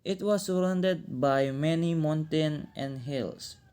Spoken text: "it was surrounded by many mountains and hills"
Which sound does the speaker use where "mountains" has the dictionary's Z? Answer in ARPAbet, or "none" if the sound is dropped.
none